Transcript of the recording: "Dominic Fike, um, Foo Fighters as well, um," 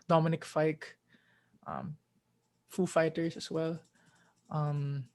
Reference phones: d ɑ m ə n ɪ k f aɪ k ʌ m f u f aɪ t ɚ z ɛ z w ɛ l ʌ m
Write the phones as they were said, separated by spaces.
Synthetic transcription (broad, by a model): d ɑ m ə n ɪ k f aɪ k ʌ m f u f aɪ t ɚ s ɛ s w ɛ l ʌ m